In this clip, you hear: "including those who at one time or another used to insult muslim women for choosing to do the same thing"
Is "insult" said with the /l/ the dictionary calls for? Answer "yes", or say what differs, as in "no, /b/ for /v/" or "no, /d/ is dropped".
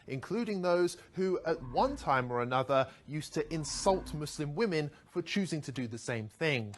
yes